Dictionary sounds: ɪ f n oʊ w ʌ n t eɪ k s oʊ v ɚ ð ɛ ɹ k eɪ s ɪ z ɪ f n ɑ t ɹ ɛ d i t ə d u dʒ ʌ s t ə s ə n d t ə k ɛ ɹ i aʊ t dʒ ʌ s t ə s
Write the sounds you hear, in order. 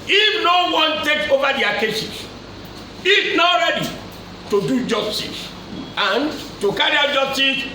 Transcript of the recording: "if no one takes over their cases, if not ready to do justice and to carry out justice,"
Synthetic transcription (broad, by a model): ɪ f n oʊ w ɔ n t eɪ k oʊ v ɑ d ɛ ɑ k eɪ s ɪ s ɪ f n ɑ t ɹ ɛ d i t ə d u dʒ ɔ s t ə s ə n t ə k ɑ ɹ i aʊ dʒ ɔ s t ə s